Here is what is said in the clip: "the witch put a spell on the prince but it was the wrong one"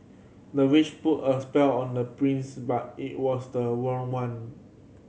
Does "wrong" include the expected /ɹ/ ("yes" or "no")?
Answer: no